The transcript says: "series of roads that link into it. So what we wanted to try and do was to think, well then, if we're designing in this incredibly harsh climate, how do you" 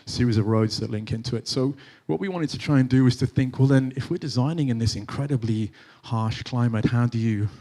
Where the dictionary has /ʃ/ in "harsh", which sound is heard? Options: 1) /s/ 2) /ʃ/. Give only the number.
2